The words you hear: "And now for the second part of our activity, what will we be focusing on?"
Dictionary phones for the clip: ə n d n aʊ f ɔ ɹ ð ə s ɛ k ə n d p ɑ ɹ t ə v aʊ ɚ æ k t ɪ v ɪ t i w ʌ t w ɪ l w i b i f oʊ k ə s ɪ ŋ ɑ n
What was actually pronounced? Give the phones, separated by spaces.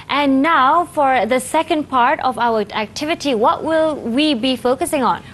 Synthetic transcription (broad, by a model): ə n n aʊ f ɔ ɹ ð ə s ɛ k ə n d p ɑ ɹ t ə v aʊ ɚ æ k t ɪ v ɪ t i w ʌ t w ɪ l w i b i f oʊ k ə s ɪ ŋ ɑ n